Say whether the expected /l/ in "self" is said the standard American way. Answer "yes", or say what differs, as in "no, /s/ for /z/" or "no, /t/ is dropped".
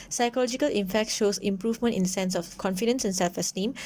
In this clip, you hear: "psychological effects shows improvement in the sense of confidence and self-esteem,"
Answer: yes